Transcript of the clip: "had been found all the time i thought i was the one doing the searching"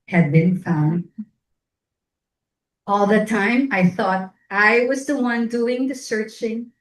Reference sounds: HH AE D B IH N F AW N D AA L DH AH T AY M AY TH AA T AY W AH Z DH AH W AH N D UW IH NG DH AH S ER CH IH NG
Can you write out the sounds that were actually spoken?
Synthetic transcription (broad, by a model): HH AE D B IH N F AW N D AA L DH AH T AY M AY TH AA T AY W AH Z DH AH W AH N D UW IH NG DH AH S ER CH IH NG